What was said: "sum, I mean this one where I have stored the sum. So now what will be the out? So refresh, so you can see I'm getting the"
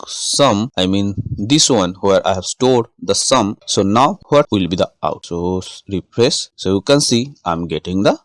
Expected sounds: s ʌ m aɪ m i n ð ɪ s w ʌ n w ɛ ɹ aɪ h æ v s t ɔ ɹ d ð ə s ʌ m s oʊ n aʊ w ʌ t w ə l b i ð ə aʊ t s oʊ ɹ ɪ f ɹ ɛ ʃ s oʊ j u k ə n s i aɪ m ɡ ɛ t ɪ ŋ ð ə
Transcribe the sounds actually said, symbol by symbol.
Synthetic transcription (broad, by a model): s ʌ m aɪ m i n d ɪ s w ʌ n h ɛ ɹ aɪ h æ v s t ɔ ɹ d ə s ʌ m s oʊ n aʊ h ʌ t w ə l b i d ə aʊ t s oʊ ɹ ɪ p ɹ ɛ s s oʊ j u k ə n s i aɪ m ɡ ɛ t ɪ ŋ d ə